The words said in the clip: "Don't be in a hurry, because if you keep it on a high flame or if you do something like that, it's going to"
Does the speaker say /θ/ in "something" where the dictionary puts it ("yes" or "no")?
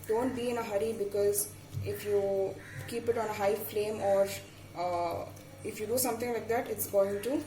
no